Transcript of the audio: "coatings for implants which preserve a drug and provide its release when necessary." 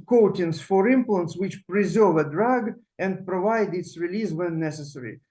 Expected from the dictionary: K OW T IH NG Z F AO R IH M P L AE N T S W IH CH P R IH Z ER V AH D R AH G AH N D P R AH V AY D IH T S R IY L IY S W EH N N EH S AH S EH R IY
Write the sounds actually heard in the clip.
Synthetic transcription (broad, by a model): K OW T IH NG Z F AO R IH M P L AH N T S W IH CH P R IH Z ER V AH D R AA G AH N D P R AH V AY D IH T S R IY L IY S W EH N N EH S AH S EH R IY